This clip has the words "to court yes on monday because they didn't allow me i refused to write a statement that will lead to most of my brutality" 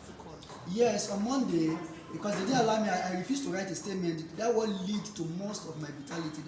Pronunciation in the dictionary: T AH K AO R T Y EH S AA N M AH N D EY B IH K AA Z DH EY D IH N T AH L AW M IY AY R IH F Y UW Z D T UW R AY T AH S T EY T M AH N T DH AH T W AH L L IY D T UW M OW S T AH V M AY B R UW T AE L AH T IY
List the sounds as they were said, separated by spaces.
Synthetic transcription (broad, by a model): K Y EH S AA N M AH N D EY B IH K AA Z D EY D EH AH L AW M IY AY R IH F Y UW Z T UW R AY T AH S T EY T M AH N T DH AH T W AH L L IY D T UW M OW S T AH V M AY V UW T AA L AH T IY